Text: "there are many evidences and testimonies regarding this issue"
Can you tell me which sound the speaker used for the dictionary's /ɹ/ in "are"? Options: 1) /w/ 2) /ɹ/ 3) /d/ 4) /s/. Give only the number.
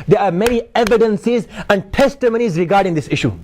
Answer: 2